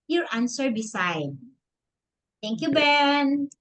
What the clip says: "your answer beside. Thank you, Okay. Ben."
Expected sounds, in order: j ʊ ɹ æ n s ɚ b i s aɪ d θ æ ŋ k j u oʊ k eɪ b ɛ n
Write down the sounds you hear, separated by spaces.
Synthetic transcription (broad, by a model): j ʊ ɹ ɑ n s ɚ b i s aɪ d t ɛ ŋ k j u b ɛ n